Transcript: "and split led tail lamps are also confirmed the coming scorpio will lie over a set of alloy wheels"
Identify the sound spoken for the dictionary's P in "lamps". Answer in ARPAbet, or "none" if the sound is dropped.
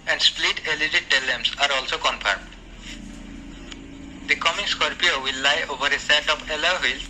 none